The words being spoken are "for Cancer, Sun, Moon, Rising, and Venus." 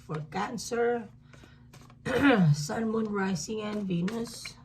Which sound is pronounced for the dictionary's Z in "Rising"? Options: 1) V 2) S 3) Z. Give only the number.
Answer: 2